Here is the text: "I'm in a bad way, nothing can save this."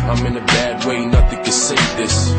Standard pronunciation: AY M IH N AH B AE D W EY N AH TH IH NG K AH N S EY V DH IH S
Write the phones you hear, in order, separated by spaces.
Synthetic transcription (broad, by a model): AY M IH N AH B AE D W EY N AH TH IH NG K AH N S EY DH IH S